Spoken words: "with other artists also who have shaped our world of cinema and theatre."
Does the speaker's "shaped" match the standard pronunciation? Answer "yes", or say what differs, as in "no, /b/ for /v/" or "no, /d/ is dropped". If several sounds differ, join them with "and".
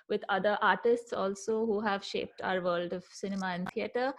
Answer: yes